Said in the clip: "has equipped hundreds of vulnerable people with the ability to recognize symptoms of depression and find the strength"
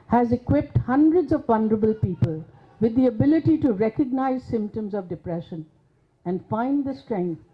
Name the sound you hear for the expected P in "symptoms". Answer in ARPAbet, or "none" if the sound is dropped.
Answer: P